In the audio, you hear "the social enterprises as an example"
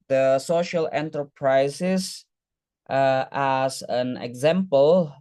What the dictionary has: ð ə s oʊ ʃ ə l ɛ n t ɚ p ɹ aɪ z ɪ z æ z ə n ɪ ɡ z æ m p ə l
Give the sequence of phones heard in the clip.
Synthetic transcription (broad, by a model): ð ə s oʊ ʃ ə l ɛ n t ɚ p ɹ aɪ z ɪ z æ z ə n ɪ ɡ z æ m p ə l